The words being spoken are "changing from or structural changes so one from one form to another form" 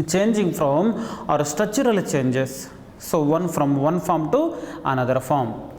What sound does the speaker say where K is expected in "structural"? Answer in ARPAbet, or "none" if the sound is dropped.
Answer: none